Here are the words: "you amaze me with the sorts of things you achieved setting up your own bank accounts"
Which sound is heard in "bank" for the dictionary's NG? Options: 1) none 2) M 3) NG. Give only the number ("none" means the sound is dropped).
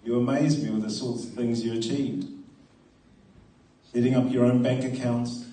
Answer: 3